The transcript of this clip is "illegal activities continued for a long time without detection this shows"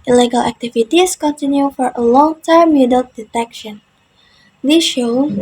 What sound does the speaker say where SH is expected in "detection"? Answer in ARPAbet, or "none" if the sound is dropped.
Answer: SH